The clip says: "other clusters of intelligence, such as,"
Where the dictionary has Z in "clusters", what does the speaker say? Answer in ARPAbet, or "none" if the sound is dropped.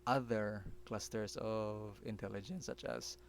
S